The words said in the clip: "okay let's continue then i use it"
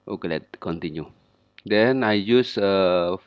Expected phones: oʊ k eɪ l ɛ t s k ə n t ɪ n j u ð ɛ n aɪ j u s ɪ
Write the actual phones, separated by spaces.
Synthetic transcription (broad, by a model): oʊ k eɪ l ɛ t k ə n t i n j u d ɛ n aɪ j u s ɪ